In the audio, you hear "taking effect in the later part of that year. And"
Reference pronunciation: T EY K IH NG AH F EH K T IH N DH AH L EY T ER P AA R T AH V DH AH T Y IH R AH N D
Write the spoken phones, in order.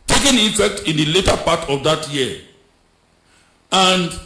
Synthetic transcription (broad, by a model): T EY K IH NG AH F EH K T IH N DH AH L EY T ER P AA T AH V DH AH T Y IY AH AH N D